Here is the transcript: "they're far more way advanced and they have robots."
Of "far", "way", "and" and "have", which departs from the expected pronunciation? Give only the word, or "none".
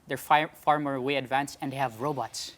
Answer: none